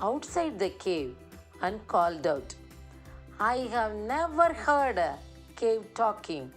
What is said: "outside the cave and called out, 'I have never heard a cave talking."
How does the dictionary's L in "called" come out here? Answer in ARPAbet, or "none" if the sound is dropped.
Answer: L